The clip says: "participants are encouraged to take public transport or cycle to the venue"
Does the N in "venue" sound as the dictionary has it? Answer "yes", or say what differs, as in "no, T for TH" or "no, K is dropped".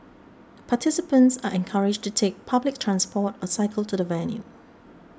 no, L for N